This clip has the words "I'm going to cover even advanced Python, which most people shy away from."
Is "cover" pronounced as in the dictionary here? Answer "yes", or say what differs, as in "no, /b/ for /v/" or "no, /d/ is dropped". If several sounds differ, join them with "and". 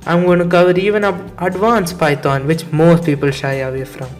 yes